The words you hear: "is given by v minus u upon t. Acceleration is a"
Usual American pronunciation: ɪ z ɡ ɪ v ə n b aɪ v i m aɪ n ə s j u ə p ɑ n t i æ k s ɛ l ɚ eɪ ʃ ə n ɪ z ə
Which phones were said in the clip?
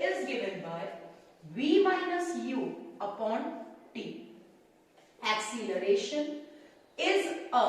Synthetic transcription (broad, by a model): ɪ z ɡ ɪ v ə n b aɪ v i m aɪ n ə s j u ə p ɑ n t i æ k s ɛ l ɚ eɪ ʃ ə n ɪ z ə